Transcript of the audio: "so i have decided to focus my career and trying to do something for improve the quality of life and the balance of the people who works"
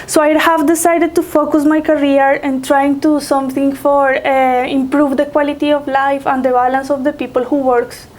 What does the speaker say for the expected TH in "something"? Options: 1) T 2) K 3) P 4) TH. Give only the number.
1